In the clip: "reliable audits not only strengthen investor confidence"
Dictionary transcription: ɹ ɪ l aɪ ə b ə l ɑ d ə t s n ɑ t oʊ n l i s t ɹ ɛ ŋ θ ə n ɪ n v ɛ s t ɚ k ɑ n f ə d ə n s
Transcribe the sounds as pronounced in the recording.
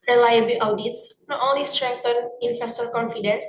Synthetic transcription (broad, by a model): ɹ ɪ l aɪ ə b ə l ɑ d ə t s n ɑ t oʊ n l i s t ɹ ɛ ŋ t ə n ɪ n f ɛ s t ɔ k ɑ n f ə d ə n s